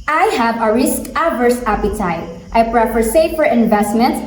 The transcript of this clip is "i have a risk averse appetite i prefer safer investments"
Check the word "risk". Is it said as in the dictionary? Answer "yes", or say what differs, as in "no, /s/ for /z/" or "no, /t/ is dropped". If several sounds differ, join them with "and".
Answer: yes